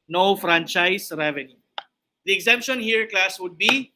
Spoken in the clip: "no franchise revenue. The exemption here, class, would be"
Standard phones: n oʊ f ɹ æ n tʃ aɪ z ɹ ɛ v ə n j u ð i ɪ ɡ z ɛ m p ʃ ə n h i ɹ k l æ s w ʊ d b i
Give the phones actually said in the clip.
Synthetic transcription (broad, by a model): n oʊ f ɹ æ n tʃ aɪ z ɹ ɛ v ə n j u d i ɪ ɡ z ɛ m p ʃ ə n h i ɹ k l æ s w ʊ d b i